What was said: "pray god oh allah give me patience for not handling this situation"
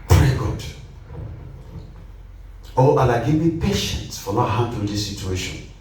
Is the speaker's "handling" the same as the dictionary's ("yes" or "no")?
no